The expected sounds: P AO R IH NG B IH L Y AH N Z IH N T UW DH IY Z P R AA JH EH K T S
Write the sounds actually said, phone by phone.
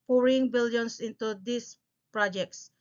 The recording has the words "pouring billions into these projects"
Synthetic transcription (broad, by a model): P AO R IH NG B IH L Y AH N S IH N T UW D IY S P R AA JH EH K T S